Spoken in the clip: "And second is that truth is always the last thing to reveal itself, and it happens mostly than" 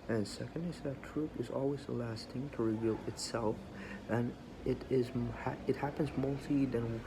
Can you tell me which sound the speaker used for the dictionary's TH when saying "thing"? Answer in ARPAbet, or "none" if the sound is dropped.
T